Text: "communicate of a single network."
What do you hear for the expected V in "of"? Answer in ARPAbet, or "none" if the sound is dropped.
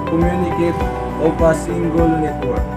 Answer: P